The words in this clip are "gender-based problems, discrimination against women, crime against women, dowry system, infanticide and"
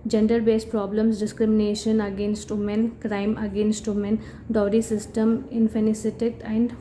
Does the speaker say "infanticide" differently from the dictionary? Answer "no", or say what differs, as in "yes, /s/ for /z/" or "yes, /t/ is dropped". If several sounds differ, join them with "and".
yes, /s/ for /t/